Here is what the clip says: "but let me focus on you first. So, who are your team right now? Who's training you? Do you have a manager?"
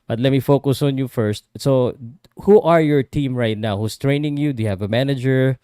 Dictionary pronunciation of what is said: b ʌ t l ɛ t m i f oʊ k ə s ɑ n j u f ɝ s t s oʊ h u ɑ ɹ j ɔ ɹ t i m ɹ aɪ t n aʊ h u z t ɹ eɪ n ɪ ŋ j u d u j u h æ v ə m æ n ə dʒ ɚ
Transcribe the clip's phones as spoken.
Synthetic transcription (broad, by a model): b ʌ t l ɛ t m i f oʊ k ə s ɑ n j u f ɝ s t s oʊ h u ɑ ɹ j ɔ ɹ t i m ɹ aɪ t n aʊ h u s t ɹ eɪ n ɪ ŋ j u d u j u h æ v ə m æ n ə dʒ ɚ